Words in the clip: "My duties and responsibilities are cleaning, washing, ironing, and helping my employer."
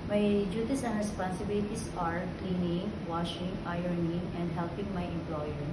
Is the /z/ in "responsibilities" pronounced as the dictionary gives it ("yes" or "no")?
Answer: no